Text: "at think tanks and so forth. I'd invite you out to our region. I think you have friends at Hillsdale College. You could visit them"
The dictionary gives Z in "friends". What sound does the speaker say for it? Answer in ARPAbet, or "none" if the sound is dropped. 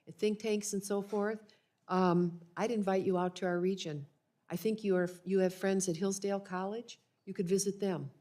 Z